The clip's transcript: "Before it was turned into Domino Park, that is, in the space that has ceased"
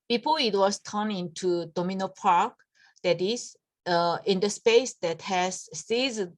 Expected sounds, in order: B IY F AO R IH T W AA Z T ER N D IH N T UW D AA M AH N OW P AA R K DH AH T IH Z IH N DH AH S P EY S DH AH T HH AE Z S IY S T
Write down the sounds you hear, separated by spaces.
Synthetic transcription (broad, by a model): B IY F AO IH T W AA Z T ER N IH N T UW D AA M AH N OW P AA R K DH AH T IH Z IH N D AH S P EY S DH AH T HH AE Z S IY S